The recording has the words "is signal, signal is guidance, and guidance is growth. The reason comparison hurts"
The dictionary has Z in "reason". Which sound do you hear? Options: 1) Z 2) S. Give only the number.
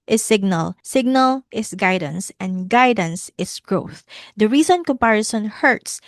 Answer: 2